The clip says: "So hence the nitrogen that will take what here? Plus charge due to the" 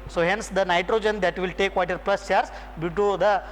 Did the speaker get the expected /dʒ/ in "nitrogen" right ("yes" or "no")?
yes